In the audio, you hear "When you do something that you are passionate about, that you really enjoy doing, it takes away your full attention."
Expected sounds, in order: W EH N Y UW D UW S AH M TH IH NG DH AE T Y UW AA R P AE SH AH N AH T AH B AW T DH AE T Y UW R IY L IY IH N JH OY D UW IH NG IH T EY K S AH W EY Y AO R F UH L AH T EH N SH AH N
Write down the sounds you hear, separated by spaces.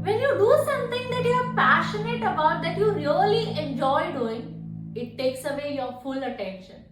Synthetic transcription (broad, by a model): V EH N Y UW D UW S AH M T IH NG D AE T Y UW AA R P AE SH AH N AH T AH B AW T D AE T Y UW R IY L IY IH N JH OY D UW IH NG IH T EY K S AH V EY Y AO R F UH L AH T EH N SH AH N